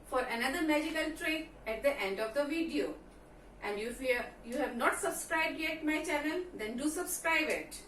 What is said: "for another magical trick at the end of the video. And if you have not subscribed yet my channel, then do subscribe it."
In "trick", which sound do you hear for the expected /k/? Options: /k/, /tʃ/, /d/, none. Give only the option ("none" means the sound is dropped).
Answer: none